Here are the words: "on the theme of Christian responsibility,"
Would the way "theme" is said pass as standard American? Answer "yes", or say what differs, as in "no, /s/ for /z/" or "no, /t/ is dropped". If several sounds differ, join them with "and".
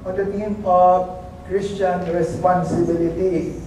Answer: no, /t/ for /θ/